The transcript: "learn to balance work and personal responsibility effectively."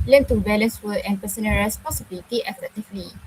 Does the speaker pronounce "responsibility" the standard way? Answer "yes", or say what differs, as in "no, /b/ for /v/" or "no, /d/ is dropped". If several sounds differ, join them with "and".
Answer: no, /n/ is dropped